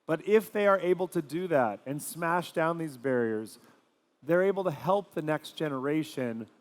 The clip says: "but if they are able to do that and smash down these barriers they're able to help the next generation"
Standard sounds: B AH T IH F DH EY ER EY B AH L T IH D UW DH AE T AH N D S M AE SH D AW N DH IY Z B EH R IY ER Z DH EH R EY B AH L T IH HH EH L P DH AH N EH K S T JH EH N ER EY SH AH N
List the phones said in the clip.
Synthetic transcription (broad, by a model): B AH T IH F DH EY ER EY B L T IH D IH DH AE T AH N S M AE SH D AW N DH IY Z B EH R IY ER Z DH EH R EY B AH L T IH HH EH L P DH AH N EH K S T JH EH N ER EY SH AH N